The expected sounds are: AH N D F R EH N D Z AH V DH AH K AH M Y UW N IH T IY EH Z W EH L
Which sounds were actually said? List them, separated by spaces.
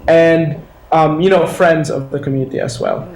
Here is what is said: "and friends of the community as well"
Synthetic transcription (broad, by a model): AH N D F R EH N D Z AH V DH AH K AH M Y UW N IH T IY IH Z W EH L